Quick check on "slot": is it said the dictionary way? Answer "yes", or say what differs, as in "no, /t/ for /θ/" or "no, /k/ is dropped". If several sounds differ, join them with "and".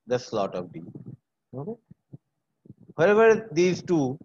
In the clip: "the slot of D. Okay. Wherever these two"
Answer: yes